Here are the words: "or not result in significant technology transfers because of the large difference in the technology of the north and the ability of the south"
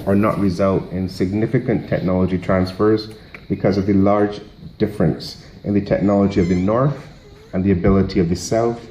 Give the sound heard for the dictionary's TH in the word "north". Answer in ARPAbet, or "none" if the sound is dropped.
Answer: TH